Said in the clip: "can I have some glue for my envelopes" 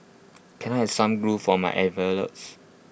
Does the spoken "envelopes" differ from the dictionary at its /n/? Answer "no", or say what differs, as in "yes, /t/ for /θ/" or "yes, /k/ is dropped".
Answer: yes, /n/ is dropped